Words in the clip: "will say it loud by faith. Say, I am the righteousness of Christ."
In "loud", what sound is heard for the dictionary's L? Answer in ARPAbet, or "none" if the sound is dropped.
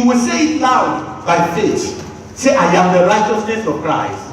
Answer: N